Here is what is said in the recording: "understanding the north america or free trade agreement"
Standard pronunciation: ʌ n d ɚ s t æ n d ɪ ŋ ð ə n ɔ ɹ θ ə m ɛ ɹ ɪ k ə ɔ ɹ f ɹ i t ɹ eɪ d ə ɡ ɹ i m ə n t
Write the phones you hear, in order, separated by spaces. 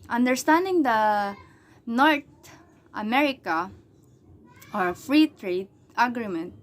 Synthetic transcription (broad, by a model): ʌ n d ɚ s t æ n d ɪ ŋ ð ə n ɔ ɹ t ə m ɛ ɹ ɪ k ə ɔ ɹ f ɹ i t ɹ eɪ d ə ɡ ɹ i m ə n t